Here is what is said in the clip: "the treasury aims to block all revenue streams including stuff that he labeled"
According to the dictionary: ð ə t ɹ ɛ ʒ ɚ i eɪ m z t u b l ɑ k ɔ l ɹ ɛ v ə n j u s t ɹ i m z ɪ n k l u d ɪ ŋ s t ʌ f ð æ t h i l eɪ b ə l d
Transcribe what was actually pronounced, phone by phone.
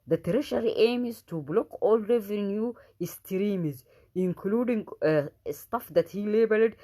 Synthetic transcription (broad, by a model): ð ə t ɹ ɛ ʃ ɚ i eɪ m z t u b l ɑ k ɔ l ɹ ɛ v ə n j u s t ɹ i m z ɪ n k l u d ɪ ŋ s t ʌ f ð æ t h i l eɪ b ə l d